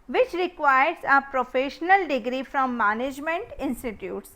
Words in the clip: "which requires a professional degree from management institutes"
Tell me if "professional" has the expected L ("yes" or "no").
yes